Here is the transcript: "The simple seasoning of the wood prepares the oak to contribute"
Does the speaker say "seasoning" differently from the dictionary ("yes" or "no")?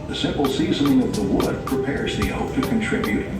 no